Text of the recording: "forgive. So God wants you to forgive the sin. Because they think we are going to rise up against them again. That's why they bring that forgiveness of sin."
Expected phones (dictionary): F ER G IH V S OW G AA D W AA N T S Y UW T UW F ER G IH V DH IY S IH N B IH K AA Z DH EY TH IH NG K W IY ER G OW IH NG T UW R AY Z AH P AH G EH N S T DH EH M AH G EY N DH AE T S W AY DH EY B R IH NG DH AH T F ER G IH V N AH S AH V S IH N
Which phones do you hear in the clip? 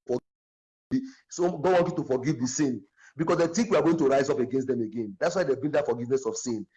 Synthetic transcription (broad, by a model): F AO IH S OW G AA D W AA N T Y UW T UW F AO G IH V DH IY S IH N B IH K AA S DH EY T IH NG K W IY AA G OW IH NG T UW R AY Z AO P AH G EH N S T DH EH M AH G EY N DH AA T S W AY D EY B IH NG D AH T F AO G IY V N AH S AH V S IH N